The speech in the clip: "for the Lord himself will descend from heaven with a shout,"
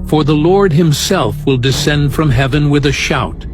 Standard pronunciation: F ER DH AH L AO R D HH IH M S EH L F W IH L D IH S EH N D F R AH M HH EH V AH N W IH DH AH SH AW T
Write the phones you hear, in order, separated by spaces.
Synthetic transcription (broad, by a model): F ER DH AH L AO R D HH IH M S EH L F W IH L D IH S EH N D F R AH M HH EH V AH N W IH DH AH SH AW T